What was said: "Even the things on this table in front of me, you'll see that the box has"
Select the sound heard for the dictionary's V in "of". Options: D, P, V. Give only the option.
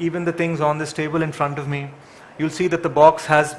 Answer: V